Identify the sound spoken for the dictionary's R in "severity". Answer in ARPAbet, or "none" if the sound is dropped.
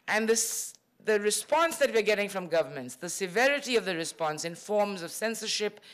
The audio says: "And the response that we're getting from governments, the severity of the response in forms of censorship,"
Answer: R